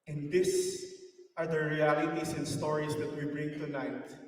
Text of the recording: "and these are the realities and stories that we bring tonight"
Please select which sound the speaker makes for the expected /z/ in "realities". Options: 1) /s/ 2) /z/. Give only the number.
1